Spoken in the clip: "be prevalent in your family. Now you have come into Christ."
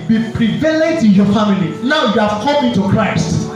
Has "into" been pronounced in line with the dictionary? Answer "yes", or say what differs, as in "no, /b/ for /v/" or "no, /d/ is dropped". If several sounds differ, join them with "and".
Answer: no, /n/ is dropped